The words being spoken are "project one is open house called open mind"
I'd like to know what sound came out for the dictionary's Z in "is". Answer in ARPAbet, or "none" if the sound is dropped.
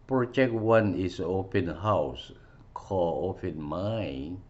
S